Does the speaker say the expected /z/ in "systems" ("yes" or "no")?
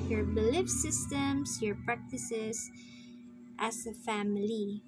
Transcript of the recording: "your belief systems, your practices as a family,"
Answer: no